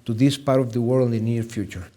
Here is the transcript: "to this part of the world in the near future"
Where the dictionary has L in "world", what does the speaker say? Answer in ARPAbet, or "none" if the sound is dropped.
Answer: N